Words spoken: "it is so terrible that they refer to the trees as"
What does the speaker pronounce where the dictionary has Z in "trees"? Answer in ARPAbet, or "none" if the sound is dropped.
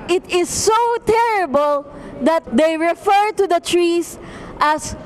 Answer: S